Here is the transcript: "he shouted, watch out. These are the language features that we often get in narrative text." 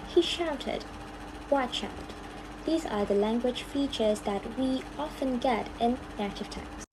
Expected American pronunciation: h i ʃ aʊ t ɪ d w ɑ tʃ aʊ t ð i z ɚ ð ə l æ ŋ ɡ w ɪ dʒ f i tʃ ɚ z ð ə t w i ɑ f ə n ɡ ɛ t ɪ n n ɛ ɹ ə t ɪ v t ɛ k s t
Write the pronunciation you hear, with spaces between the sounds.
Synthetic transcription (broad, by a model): h i ʃ aʊ t ɪ d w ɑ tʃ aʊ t ð i z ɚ ð ə l æ ŋ ɡ w ɪ dʒ f i tʃ ɚ z ð ə t w i ɑ f ə n ɡ ɛ t ɪ n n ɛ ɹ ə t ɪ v t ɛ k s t